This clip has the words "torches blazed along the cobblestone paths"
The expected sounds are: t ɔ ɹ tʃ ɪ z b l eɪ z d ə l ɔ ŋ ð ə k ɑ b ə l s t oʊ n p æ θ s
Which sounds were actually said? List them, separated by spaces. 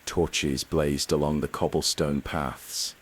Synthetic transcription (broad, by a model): t ɔ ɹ tʃ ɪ z b l eɪ z d ə l ɔ ŋ ð ə k ɑ b ə l s t oʊ n p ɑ θ s